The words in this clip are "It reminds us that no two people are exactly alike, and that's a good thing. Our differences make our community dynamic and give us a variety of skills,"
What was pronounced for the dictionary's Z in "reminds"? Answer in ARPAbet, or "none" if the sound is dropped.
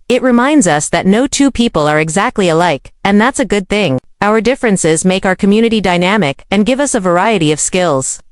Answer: Z